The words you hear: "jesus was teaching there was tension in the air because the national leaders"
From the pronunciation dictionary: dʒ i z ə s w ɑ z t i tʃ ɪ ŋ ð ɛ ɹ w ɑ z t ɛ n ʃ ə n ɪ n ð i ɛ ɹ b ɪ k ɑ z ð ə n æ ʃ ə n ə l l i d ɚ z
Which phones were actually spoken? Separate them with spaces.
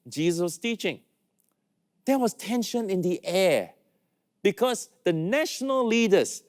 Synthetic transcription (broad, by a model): dʒ i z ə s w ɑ s t i tʃ ɪ ŋ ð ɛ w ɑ s t ɛ n ʃ ə n ɪ n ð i ɛ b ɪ k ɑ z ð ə n æ ʃ ə n ə l l i d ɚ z